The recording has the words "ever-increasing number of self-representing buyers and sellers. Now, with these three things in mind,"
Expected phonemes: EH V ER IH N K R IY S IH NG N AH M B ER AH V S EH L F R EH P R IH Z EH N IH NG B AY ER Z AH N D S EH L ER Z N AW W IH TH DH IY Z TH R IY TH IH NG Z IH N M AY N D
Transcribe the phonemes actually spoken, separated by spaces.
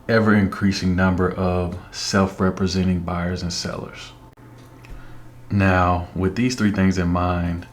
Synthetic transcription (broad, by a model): EH V ER IH N K R IY S IH NG N AH M B ER AH V S EH L F R EH P R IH Z EH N IH NG B AY ER Z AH N S EH L ER Z N AW W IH DH IY Z TH R IY TH IH NG Z IH N M AY N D